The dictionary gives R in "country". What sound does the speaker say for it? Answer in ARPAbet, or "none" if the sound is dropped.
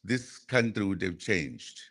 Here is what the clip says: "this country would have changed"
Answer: R